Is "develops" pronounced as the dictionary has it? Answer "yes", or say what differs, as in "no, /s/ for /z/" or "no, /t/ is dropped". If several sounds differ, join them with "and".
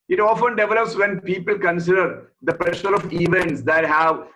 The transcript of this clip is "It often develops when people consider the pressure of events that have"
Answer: yes